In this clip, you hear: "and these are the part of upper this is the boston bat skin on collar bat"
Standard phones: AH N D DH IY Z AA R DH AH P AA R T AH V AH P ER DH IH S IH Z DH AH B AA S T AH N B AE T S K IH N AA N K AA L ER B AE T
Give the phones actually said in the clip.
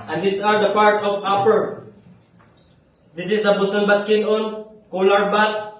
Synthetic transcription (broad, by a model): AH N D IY S AA R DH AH P AA R T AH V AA P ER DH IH S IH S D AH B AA T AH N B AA S K IH N AA N K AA L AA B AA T